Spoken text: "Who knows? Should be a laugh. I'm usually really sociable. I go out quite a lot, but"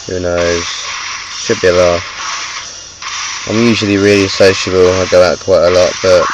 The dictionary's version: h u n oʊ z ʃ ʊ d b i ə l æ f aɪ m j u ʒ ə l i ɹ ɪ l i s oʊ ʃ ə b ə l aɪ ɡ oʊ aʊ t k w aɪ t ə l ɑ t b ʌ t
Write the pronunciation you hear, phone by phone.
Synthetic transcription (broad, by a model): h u n oʊ z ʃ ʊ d b i ə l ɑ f aɪ m j u ʒ ə l i ɹ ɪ l i s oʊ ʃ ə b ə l aɪ ɡ oʊ aʊ t k w aɪ t ə l ɑ t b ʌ t